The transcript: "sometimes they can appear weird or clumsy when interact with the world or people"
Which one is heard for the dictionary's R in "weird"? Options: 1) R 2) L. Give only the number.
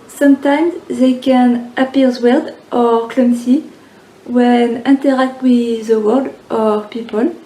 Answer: 2